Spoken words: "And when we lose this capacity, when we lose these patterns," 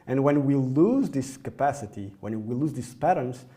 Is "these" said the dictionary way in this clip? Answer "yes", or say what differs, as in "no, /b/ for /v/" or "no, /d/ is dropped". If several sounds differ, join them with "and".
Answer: no, /s/ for /z/